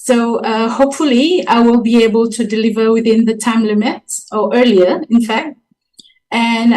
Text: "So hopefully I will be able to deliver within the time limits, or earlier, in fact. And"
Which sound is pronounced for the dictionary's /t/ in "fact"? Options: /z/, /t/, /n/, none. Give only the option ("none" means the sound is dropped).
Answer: /t/